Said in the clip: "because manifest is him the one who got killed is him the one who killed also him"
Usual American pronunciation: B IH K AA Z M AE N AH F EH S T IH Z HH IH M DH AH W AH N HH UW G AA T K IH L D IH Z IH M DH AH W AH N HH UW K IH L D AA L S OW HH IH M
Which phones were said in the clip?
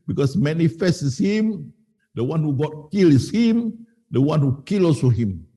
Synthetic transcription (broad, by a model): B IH K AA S M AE N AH F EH S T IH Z HH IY M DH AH W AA N HH UW G AA T K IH L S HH IH M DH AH W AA N HH UW K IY L AA S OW HH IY M